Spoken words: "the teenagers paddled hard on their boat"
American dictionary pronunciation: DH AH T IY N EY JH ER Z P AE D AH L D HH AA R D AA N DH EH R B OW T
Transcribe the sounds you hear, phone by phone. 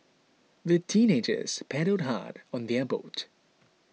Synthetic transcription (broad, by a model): DH AH T IY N EY JH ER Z P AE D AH D HH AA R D AA N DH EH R B OW T